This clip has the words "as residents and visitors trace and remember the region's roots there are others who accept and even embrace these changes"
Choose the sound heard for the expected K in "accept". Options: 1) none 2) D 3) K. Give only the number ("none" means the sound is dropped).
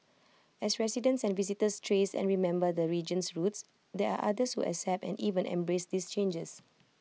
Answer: 1